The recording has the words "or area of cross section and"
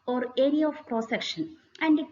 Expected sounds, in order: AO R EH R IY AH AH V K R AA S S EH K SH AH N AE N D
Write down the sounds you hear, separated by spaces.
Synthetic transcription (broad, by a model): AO R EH R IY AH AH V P R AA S S EH K SH AH N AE N D